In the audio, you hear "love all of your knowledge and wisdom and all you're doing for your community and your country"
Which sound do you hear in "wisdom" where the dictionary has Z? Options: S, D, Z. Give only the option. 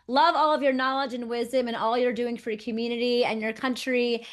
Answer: Z